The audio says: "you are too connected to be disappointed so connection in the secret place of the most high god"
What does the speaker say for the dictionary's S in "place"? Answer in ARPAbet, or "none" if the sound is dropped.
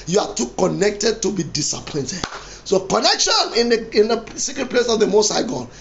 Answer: S